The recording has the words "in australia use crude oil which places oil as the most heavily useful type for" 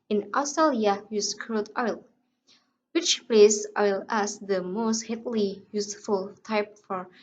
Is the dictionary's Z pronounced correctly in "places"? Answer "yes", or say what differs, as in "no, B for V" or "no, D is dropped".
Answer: no, Z is dropped